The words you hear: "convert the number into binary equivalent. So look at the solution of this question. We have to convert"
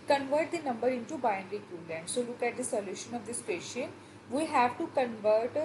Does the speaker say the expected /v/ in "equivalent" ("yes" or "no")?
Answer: no